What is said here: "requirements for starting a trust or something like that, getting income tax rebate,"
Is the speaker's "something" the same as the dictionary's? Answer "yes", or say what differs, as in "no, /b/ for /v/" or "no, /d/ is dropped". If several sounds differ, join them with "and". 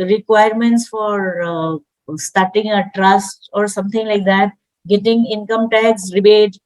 no, /t/ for /θ/